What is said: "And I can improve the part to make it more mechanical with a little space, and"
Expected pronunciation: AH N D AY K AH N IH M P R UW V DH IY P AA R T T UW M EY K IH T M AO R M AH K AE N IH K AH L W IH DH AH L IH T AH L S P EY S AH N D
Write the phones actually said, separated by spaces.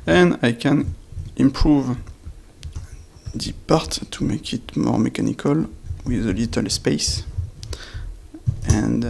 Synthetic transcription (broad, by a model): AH N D AY K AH N IH M P R UW V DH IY P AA R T T UW M EY K IH T M AO R M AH K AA N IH K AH L W IH DH AH L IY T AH L S P EY S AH N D